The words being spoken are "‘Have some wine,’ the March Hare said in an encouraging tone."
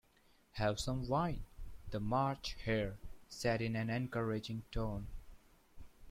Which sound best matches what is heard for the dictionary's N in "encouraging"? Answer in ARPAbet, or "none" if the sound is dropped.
N